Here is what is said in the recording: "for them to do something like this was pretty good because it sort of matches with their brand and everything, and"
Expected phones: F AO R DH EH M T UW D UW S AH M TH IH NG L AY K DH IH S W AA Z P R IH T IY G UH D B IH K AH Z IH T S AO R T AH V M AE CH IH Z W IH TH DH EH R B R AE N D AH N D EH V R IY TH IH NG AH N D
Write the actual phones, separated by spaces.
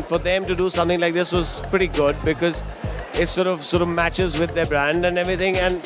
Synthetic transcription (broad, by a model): F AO R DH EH M T UW D UW S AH M T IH NG L AY K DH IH S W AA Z P R IH T IY G UH D B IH K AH Z IH T S AO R T AH V M AE CH IH Z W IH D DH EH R B R AE N D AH N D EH V R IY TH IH NG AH N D